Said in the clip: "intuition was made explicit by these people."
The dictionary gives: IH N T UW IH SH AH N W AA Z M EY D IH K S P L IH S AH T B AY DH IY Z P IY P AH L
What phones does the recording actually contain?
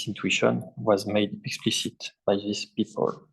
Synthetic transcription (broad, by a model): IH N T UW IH SH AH N W AA Z M EY D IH K S P L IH S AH T B AY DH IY S P IY P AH L